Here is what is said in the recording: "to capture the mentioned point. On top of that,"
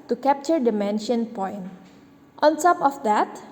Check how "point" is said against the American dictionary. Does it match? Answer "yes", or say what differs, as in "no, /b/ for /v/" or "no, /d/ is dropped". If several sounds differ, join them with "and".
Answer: yes